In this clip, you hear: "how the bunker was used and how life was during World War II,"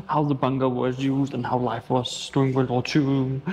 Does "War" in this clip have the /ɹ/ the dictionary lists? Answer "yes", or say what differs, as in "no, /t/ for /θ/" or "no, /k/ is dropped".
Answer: no, /l/ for /ɹ/